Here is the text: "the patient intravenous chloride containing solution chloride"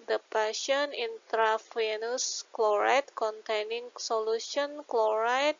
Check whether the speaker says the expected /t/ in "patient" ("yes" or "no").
no